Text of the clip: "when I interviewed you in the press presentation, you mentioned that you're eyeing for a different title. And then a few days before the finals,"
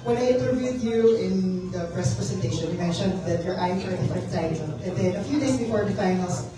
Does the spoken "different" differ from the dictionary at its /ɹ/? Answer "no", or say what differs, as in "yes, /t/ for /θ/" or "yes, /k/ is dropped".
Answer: yes, /ɹ/ is dropped